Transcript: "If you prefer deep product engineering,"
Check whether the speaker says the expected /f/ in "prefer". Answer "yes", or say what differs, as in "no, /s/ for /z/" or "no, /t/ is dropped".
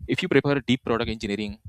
no, /p/ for /f/